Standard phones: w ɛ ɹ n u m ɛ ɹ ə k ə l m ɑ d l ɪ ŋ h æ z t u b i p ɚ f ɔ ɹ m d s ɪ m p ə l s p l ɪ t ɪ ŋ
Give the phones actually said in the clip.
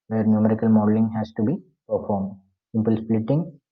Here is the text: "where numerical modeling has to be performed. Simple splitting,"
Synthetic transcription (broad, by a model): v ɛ ɹ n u m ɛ ɹ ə k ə l m ɑ d l ɪ ŋ h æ s t u b i p ɚ f ɔ ɹ m d s ɪ m p ə l s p l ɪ t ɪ ŋ